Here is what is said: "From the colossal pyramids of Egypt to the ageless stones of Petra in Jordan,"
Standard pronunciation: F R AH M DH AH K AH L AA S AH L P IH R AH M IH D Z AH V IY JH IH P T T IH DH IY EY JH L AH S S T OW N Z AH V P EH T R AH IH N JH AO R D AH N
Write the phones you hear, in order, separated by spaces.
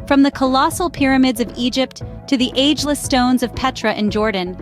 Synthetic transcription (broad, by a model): F R AH M DH AH K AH L AA S L P IH R AH M IH D Z AH V IY JH IH P T T IH DH IY EY JH L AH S S T OW N Z AH V P EH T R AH IH N JH AO R D N